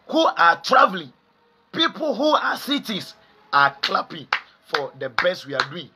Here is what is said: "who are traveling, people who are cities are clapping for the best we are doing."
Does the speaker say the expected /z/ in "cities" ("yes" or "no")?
no